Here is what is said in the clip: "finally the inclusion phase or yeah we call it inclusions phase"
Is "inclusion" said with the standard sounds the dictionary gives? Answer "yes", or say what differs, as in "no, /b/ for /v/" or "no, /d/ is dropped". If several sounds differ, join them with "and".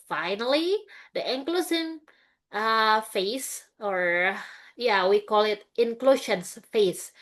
no, /s/ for /ʒ/